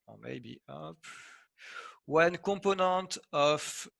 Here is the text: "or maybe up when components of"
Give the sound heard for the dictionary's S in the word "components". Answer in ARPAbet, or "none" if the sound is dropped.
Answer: none